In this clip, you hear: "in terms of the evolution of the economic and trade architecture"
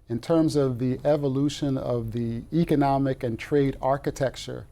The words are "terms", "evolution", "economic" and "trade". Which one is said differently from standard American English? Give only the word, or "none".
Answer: none